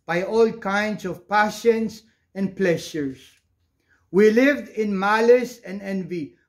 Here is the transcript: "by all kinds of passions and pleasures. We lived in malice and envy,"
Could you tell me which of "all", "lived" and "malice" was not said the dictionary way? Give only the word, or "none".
none